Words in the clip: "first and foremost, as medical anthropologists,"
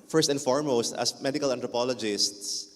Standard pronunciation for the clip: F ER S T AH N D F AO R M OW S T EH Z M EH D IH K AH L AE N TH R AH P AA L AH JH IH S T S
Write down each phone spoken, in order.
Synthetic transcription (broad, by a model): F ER S T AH N F AO R M OW S T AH S M EH D IH K AH L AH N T R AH P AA L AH JH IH S T S